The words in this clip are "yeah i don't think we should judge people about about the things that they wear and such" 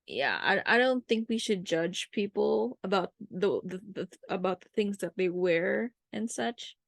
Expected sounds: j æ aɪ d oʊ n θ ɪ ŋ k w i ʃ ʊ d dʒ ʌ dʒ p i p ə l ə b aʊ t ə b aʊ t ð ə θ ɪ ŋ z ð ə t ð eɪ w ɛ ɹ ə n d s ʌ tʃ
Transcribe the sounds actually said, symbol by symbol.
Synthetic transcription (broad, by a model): j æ aɪ d oʊ n θ ɪ ŋ k w i ʃ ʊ d dʒ ʌ dʒ p i p l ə b aʊ t ə b aʊ t ð ə θ ɪ ŋ z ð ə t ð eɪ w ɛ ɹ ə n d s ʌ tʃ